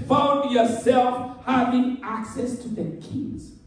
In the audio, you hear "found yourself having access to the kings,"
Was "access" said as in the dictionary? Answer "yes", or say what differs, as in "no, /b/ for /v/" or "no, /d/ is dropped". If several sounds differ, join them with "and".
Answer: yes